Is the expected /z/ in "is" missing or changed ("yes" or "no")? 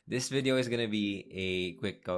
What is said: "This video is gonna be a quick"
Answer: no